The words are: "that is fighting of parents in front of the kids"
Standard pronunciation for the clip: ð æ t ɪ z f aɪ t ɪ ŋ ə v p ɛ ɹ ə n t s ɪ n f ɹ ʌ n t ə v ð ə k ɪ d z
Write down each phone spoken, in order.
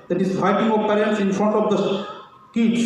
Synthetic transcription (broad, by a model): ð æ t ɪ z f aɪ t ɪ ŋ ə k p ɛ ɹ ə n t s ɪ n f ɹ ʌ n t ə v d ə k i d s